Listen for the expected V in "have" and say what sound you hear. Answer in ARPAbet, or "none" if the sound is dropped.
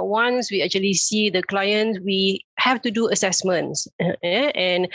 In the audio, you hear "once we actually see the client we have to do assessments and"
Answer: F